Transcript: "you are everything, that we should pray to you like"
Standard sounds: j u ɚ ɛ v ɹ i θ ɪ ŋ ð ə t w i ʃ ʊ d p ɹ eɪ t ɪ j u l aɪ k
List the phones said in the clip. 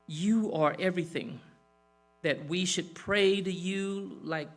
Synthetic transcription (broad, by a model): j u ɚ ɛ v ɹ i θ ɪ ŋ ð ə t w i ʃ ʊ d p ɹ eɪ t ɪ j u l aɪ k